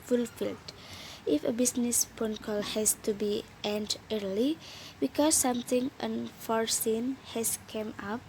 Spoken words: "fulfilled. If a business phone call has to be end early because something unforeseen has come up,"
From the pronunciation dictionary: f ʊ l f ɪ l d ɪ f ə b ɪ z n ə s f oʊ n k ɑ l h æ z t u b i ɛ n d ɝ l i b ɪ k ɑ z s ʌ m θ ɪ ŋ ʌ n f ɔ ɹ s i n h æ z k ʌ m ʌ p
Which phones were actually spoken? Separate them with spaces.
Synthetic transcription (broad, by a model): f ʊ l f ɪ l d ɪ f ə b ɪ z n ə s p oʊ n k ɑ l h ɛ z t u b i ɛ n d ɝ l i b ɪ k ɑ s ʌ m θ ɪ ŋ ʌ n f ɔ ɹ s i n h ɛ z k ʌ m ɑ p